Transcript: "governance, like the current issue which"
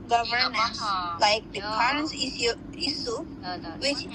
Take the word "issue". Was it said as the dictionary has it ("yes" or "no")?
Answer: no